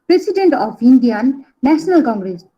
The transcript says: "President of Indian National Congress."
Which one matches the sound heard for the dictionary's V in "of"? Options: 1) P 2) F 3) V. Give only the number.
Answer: 1